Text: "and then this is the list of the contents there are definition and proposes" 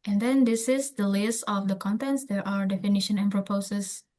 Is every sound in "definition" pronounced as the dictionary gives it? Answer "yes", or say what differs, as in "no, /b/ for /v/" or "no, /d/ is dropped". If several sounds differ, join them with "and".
yes